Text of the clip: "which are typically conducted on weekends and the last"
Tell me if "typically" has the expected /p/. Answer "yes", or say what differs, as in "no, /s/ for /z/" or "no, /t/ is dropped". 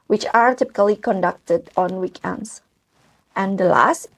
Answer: yes